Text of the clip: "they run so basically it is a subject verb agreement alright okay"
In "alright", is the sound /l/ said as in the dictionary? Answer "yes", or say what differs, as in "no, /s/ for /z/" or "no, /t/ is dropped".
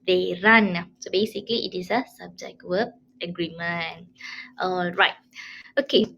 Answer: yes